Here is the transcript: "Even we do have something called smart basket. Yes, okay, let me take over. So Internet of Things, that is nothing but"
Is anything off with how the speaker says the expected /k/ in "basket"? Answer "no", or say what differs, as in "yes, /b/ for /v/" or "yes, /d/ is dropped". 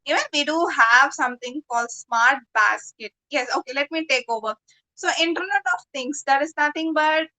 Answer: no